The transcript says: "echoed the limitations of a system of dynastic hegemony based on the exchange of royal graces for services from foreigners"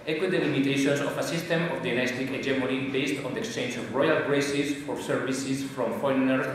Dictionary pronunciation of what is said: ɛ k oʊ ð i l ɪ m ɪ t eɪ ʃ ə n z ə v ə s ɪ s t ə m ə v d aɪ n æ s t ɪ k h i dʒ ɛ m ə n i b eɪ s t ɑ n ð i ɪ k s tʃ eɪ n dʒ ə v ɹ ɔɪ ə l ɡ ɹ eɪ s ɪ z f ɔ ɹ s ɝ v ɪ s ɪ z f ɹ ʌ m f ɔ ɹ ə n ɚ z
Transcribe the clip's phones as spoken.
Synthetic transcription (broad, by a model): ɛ k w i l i m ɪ t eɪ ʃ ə n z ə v ə s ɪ s t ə m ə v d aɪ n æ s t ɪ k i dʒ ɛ m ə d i b eɪ s t ɑ n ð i ɪ k s tʃ eɪ n dʒ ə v ɹ ɔɪ ə l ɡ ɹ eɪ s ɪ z f ɔ ɹ s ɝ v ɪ s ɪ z f ɹ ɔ m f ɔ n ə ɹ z